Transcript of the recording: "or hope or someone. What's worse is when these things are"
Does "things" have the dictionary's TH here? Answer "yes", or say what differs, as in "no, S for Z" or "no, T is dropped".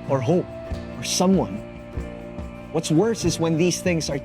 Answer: yes